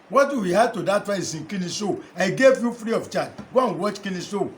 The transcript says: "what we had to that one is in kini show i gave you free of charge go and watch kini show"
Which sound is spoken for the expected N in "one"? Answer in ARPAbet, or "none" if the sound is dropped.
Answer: none